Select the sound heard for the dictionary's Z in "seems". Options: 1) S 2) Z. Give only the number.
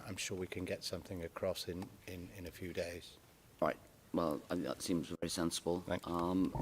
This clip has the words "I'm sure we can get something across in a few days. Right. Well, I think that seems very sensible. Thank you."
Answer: 2